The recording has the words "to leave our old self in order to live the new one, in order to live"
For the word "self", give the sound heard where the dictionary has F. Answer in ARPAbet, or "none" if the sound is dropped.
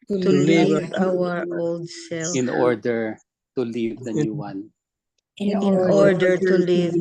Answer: none